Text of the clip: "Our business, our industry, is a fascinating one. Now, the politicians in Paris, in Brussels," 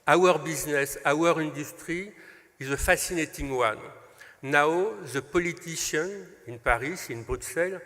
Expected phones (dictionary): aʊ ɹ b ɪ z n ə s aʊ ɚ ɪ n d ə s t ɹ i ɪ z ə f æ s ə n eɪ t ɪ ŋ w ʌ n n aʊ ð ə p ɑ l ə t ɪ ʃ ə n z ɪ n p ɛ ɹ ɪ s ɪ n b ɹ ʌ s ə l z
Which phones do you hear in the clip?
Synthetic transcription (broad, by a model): aʊ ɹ b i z n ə s aʊ ɚ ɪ n d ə s t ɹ i ɪ z ə f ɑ s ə n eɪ t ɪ ŋ w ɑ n n aʊ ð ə p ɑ l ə t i ʃ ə n ɪ n p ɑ ɹ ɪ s ɪ n b ɹ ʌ s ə l